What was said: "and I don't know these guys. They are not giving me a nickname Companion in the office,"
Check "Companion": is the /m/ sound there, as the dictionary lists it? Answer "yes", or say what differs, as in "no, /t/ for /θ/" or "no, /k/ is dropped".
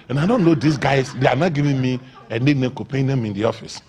no, /m/ is dropped